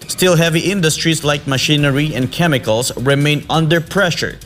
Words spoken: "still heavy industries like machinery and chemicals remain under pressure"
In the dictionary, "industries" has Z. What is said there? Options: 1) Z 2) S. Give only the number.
2